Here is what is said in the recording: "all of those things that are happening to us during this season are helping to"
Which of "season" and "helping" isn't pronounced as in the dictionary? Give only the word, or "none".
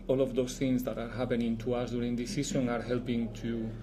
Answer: season